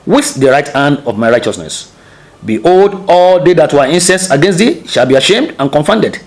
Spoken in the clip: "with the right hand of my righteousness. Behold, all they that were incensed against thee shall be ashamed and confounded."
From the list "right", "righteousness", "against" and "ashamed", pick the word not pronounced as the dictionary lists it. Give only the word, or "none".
none